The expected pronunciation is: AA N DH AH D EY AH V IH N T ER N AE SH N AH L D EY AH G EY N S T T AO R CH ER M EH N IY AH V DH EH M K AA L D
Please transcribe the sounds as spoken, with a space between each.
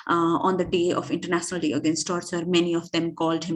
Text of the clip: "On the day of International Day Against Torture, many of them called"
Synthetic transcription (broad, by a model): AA N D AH D EY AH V IH N T ER N AE SH N AH L D EY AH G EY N S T T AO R S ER M EH N IY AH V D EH M K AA L D